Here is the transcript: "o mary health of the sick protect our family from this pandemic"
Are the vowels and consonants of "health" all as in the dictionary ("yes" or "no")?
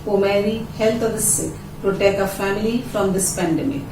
no